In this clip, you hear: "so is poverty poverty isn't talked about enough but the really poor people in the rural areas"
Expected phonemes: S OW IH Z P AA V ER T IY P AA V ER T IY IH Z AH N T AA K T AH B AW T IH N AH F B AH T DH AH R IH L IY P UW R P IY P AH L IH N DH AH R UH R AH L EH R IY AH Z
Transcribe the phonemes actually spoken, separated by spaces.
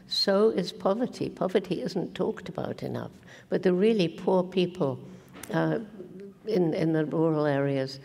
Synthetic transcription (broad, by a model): S OW IH Z P AA V ER T IY P AA V ER T IY IH Z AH N T AA K T AH B AW T IH N AH F B AH T DH AH R IH L IY P UW R P IY P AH N IH N DH AH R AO R L EH R IY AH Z